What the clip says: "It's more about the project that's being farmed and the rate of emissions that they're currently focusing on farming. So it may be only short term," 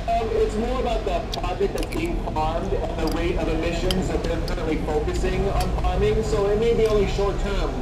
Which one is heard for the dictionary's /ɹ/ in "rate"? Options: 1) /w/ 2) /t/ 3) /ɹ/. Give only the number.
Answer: 1